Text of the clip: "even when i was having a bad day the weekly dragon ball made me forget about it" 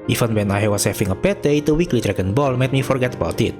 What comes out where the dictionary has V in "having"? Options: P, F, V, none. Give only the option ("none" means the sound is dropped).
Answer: F